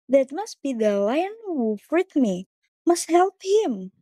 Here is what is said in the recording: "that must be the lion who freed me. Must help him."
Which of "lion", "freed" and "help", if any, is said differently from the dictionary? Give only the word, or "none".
freed